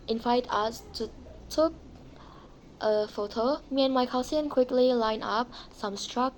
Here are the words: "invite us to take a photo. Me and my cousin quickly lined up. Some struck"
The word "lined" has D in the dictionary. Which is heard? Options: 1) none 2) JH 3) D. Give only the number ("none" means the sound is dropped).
1